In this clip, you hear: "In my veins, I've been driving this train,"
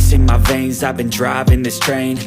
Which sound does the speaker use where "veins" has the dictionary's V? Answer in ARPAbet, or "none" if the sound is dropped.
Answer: V